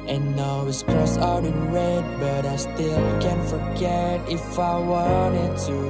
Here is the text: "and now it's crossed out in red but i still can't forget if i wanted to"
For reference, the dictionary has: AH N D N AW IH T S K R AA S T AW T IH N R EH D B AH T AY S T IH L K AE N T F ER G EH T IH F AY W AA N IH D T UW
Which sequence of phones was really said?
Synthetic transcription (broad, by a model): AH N N AW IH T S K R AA S AW T IH N R EH D B AH T AY S T IH L K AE N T F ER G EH T IH F AY W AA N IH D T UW